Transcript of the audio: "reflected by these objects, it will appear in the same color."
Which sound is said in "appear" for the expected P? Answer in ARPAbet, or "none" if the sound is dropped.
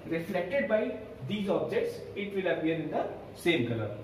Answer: B